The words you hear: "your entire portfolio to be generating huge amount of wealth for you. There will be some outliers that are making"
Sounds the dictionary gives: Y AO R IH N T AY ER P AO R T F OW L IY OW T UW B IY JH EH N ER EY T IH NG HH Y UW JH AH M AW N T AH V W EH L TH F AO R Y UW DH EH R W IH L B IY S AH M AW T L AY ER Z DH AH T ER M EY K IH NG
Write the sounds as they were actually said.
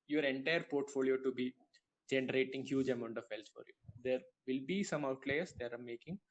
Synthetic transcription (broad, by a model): Y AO R IH N T AY ER P AO R T F OW L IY OW T UW B IY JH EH N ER EY T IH NG HH Y UW JH AH M AW N T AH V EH L S F AO R Y UW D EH R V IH L B IY S AH M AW T L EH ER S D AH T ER M EY K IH NG